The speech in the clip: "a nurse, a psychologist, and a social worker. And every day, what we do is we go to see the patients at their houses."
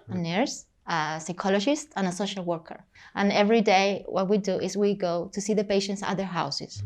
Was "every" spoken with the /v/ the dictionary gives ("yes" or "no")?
yes